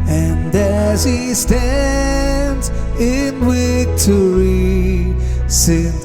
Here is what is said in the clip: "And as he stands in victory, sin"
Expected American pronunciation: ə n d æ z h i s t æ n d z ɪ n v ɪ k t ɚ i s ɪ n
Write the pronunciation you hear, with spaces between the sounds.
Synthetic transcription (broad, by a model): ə n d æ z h i s t æ n d z ɪ n w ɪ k t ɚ i s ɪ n